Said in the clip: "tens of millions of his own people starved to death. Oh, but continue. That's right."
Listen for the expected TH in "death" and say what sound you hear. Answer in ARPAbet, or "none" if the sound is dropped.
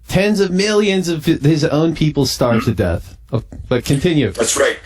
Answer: TH